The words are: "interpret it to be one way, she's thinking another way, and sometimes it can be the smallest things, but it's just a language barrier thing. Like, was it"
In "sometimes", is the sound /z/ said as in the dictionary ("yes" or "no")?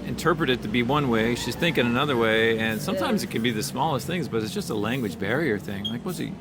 yes